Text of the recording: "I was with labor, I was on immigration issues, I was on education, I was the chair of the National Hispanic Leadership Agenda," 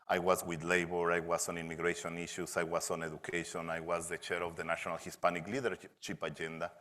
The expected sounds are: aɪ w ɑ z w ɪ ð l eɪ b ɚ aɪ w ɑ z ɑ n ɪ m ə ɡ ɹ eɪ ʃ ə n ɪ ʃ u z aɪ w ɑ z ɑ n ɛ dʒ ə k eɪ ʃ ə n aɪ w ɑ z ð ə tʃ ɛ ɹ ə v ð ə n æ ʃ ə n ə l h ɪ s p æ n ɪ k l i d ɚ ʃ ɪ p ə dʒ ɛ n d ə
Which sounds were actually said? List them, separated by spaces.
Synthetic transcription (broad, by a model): aɪ w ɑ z w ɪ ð l eɪ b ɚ aɪ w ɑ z ɑ n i m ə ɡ ɹ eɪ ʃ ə n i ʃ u s aɪ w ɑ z ɑ n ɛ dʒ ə k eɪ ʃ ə n aɪ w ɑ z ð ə tʃ ɛ ɹ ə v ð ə n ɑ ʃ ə n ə l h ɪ s p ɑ n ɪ k l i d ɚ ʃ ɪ p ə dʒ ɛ n d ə